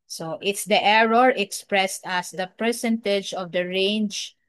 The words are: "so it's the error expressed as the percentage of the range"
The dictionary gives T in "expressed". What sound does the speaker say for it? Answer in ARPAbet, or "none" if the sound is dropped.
T